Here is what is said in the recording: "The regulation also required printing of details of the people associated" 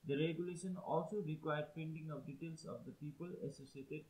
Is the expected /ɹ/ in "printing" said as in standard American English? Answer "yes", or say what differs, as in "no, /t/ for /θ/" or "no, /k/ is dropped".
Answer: no, /ɹ/ is dropped